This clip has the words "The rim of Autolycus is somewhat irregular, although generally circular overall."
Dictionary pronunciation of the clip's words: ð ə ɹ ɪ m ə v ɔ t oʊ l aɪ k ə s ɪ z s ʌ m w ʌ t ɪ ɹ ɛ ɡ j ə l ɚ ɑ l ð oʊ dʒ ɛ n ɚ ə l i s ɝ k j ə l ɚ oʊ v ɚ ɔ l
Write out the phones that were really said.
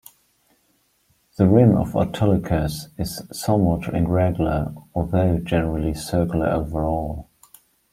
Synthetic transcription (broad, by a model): ð ə ɹ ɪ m ə v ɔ t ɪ l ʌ k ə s ɪ z s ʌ m w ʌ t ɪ ɹ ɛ ɡ j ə l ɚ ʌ ð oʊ dʒ ɛ n ɚ ə l i s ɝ k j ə l ɚ oʊ v ɚ ɔ l